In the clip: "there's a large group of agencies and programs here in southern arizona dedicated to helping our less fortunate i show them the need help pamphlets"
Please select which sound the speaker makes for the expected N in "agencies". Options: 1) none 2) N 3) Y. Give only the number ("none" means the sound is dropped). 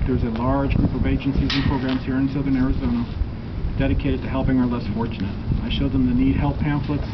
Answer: 2